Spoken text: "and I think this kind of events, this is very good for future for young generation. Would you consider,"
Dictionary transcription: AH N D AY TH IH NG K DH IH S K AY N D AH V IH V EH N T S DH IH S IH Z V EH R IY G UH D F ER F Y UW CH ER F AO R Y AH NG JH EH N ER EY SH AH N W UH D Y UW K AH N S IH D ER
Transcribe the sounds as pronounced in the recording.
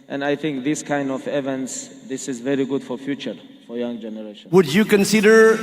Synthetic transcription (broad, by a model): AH N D AY TH IH NG K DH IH S K AY N D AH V IH V EH N T S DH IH S IH Z V EH R IY G UH D F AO F Y UW CH ER F AO R Y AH NG JH EH N ER EY SH AH N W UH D Y UW K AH N S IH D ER